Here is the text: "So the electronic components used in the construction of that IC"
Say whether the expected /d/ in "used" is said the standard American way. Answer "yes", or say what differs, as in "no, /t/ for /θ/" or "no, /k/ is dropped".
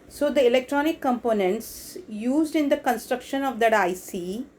yes